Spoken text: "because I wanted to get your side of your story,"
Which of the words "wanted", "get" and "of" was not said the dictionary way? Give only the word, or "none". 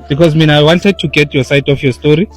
of